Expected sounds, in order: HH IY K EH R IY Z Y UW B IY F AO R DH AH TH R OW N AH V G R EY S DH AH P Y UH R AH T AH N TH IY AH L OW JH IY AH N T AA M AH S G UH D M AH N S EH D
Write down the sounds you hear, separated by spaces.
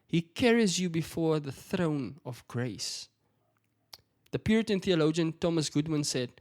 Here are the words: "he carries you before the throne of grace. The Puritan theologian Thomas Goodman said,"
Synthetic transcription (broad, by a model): HH IY K EH R IY Z Y UW B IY F AO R DH AH TH R OW N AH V G R EY S DH AH P Y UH R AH T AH N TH IY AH L OW JH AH N T AA M AH S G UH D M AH N S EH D